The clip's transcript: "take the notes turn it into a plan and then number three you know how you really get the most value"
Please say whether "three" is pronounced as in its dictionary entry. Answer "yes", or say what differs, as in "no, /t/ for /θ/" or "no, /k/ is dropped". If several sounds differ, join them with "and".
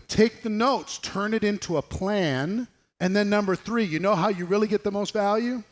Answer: yes